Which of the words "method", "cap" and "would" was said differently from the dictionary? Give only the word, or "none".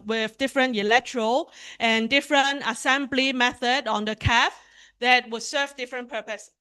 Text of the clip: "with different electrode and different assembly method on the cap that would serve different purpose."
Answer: cap